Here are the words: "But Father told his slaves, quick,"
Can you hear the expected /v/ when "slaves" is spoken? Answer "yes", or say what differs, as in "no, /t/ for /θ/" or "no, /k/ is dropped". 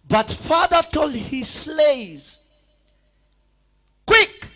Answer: no, /v/ is dropped